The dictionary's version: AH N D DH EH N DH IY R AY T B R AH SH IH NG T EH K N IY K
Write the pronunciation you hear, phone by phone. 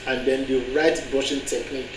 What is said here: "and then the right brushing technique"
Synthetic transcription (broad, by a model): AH N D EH N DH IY R AY T B AO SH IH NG T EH K N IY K